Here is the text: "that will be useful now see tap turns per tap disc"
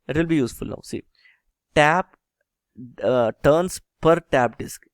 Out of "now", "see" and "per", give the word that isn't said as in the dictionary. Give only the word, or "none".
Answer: none